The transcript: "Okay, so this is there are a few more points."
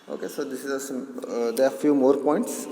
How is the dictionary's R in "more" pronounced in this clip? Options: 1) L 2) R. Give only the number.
2